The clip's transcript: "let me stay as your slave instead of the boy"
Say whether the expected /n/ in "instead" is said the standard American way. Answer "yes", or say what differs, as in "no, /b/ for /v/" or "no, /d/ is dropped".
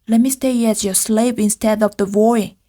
yes